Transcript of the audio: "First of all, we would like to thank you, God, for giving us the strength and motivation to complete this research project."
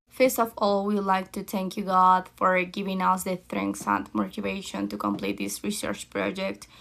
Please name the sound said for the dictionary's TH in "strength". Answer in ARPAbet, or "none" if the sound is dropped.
S